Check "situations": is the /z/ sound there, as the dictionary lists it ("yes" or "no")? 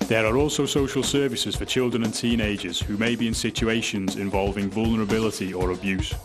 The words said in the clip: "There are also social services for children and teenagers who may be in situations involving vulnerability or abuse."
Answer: yes